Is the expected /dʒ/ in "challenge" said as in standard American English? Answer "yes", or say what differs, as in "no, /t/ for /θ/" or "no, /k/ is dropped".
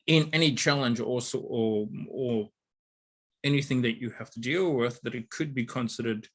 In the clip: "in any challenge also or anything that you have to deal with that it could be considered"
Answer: yes